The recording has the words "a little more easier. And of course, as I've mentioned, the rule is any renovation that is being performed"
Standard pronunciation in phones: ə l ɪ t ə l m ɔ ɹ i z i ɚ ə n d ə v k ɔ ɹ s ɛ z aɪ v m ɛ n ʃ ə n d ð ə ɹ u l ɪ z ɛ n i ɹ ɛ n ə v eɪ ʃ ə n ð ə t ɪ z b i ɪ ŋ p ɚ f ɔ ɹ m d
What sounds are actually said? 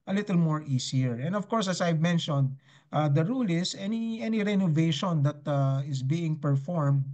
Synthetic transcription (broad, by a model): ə l ɪ t ə l m ɔ ɹ i s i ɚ ə n d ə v k ɔ ɹ s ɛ s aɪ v m ɛ n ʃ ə n d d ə ɹ u l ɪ s ɛ n i ɹ ɛ n ə v eɪ ʃ ə n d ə t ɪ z b i ɪ ŋ p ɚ f ɔ ɹ m d